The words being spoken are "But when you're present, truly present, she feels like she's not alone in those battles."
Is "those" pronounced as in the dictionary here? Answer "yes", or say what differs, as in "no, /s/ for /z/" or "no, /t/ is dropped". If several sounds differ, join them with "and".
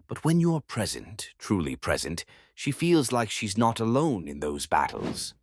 yes